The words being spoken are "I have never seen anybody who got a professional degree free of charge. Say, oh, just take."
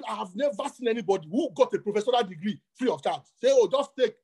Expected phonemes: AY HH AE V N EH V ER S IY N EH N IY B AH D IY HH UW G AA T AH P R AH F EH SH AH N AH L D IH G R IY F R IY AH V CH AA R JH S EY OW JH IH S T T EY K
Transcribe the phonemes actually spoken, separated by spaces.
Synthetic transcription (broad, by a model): AY HH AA V N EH V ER S IY N EH N IY B AH D IY HH UW G AA T AH P R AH F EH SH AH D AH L D IH G R IY F R IY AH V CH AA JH S EY OW JH IH S T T EY K